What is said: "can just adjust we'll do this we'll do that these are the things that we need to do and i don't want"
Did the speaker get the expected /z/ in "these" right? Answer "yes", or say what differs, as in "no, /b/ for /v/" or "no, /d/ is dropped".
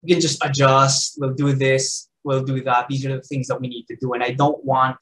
yes